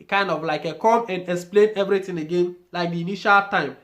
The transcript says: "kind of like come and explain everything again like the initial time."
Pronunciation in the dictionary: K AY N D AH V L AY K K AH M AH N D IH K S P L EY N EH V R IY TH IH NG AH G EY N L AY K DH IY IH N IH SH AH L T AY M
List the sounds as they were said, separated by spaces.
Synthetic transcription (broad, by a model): K AY N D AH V L AY K K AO M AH N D IH K S P L EY N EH V R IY T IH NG AH G EY N L AY K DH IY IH N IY SH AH L T AY M